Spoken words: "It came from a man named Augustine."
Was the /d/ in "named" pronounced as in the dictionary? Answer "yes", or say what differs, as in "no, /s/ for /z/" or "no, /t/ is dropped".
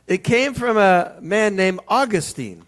no, /d/ is dropped